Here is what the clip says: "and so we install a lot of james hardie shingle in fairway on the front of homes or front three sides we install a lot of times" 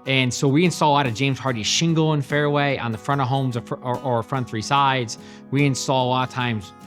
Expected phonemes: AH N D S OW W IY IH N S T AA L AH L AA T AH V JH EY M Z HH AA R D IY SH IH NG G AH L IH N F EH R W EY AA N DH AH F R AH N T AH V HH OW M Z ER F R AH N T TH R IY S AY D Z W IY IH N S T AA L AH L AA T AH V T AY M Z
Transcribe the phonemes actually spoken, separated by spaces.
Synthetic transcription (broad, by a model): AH N S OW W IY IH N S T AA L AH L AA T AH V JH EY M Z HH AA R D IY SH IH NG G L IH N F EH R W EY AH N DH AH F R AH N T AH V HH OW M Z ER F R AH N TH R IY S AY D Z W IY IH N S T AA L AH L AA T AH T AY M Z